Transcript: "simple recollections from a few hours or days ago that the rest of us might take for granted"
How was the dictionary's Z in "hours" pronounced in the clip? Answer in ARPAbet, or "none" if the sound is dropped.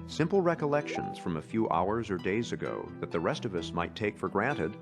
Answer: Z